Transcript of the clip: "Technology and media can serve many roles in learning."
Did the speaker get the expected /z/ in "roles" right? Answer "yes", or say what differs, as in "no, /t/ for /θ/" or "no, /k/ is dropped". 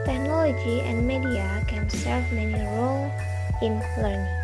no, /z/ is dropped